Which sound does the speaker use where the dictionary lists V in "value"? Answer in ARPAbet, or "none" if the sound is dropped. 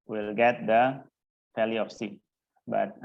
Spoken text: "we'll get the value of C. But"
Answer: F